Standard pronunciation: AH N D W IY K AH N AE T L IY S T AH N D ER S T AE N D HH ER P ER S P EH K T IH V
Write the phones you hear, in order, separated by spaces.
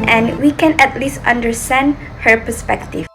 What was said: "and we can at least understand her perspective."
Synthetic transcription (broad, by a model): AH N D W IY K AH N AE T L IY S T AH N D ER S T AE N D HH ER P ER S P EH K T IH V